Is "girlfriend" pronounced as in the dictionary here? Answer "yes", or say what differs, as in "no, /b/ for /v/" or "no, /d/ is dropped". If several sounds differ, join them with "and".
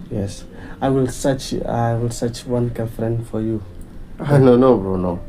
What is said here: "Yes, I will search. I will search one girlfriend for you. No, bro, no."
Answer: no, /l/ is dropped